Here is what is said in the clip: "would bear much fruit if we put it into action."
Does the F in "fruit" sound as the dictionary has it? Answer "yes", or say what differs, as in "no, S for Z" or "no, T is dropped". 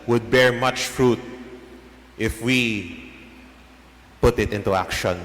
yes